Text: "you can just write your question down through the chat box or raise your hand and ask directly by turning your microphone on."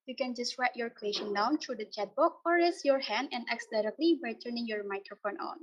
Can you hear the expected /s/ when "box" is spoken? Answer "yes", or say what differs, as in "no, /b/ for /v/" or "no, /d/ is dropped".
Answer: no, /s/ is dropped